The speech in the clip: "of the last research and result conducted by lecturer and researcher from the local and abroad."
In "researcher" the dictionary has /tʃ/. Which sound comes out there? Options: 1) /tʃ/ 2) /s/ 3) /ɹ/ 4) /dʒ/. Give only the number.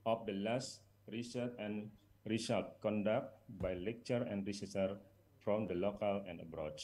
2